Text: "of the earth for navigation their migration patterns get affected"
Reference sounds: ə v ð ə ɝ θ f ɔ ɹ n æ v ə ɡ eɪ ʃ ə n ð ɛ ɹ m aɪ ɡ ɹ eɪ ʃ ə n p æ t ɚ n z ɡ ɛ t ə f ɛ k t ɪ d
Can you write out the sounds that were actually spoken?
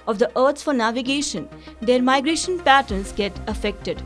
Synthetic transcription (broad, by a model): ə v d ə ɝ s f ɔ ɹ n æ v ə ɡ eɪ ʃ ə n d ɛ ɹ m aɪ ɡ ɹ eɪ ʃ ə n p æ t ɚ n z ɡ ɛ t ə f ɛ k t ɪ d